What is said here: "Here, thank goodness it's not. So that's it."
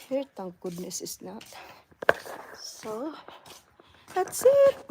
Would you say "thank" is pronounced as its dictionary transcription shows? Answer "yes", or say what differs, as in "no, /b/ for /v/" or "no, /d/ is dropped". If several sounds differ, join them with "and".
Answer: no, /t/ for /θ/